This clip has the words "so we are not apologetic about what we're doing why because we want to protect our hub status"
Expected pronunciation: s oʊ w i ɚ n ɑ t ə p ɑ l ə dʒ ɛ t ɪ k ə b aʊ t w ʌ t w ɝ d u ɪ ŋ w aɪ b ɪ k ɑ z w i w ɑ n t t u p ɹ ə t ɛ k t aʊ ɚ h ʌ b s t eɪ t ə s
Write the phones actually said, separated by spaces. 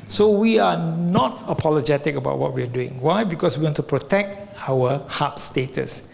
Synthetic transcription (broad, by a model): s oʊ w i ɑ n ɑ t ə p ɑ l ə dʒ ɛ t ɪ k ə b aʊ t w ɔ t w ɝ d u ɪ ŋ w aɪ b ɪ k ɑ s w i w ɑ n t t u p ɹ ə t ɛ k t aʊ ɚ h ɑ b s t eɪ t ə s